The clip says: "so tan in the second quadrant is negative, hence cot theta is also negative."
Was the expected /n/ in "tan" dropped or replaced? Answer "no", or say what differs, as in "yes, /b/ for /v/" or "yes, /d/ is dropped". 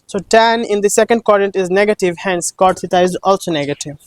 no